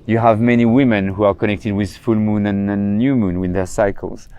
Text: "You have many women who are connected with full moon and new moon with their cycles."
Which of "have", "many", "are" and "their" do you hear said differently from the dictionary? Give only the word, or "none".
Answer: none